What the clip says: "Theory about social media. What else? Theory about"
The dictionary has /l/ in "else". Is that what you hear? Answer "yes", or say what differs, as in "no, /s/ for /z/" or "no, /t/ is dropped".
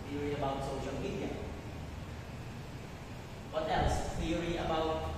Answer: no, /l/ is dropped